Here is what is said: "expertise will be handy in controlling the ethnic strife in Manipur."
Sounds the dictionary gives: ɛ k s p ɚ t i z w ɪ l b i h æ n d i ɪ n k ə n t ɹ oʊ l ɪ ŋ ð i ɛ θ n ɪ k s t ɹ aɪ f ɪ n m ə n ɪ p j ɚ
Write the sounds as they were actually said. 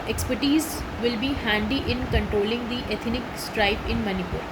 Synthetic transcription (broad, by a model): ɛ k s p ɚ t i z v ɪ l b i h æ n d i ɪ n k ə n t ɹ oʊ l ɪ ŋ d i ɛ t n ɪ k s t ɹ aɪ p ɪ n m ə n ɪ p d